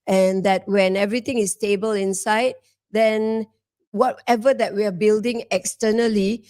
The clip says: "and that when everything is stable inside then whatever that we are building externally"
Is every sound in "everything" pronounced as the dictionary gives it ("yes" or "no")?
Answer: no